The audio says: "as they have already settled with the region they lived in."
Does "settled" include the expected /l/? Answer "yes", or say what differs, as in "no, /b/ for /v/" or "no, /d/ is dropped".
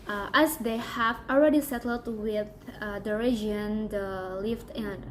yes